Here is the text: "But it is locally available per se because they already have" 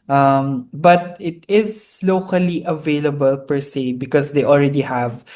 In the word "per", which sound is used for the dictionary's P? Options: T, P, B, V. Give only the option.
P